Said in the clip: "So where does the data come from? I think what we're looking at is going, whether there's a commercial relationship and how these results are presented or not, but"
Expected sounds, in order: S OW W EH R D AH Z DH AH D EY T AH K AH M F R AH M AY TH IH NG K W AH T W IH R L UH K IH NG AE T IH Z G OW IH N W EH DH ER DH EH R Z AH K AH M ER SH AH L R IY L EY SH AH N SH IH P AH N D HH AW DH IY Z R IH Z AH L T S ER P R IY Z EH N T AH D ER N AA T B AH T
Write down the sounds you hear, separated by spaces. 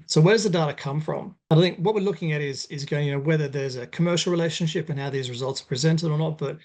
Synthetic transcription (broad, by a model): S OW W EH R D AH Z DH AH D EY T AH K AH M F R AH M AY TH IH NG K W AH T W IH R L UH K IH NG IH T IH Z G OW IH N W EH DH ER DH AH R Z AH K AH M ER SH L R IY L EY SH AH N SH IH P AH N HH AW DH IY Z R IH Z AH L T S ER P R IY Z EH N T AH D ER N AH T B AH T